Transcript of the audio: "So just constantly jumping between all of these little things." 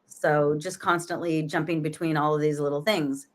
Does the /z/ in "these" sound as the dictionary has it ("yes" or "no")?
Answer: yes